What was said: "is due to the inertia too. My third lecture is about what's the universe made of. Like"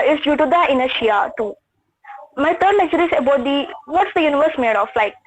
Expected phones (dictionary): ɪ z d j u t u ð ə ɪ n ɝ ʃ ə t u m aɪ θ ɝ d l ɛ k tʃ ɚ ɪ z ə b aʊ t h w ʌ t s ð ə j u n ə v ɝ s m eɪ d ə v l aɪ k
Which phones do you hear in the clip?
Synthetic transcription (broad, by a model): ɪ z d j u t u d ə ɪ n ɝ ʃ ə t u m aɪ t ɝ d n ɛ tʃ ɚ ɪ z ə b aʊ t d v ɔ t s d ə j u n ə v ɝ s m eɪ d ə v l aɪ k